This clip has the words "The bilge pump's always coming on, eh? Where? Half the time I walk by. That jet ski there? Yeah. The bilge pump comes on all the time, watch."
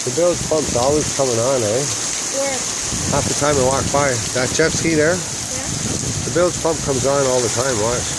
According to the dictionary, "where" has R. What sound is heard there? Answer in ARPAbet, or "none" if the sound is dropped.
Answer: W